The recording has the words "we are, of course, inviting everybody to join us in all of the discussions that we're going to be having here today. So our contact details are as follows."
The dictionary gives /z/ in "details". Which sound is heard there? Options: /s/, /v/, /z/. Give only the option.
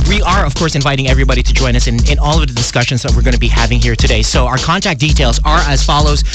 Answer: /z/